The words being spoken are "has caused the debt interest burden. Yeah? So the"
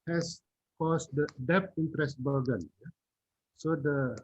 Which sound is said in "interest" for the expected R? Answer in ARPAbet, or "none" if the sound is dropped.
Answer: R